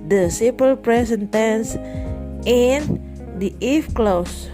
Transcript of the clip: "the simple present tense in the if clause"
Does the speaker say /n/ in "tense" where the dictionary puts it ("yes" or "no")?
yes